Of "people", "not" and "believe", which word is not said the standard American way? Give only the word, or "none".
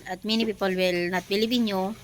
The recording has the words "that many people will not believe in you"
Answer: believe